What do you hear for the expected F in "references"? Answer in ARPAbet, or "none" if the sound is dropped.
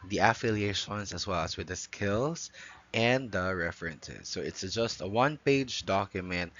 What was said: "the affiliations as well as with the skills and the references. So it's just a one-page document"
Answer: F